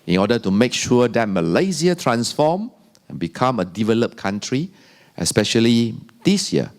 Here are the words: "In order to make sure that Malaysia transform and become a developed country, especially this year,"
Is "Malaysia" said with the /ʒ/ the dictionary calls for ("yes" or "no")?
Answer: no